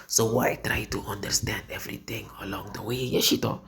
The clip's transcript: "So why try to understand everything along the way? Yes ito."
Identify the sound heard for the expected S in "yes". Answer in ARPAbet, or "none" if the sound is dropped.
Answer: SH